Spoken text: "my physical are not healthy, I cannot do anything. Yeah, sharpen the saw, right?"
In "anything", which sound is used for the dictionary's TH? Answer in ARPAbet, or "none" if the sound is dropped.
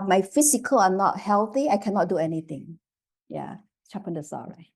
T